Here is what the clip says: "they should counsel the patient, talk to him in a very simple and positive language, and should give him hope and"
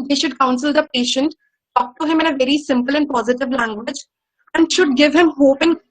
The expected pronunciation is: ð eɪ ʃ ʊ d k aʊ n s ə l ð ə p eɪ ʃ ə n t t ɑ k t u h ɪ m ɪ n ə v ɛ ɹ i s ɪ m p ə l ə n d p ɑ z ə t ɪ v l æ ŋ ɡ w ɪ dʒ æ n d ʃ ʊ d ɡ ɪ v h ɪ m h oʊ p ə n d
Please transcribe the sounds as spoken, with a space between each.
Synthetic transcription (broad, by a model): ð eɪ ʃ ʊ d k aʊ n s ə l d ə p eɪ ʃ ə n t t ɑ k t u h ɪ m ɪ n ə v ɛ ɹ i s ɪ m p ə l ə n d p ɑ z ə t ɪ v l æ ŋ ɡ w ɪ dʒ æ n d ʃ ʊ d ɡ ɪ v h ɪ m h oʊ p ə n